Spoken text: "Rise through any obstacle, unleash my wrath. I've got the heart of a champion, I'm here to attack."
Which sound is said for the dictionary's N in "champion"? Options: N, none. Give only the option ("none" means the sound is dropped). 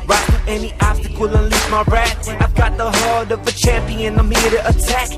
N